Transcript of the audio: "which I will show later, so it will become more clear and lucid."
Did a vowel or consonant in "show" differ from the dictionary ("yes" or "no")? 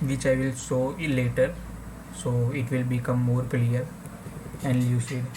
yes